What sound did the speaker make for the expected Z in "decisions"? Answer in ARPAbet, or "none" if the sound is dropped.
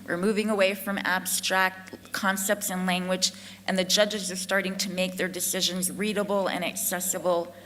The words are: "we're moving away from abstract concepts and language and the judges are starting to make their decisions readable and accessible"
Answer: Z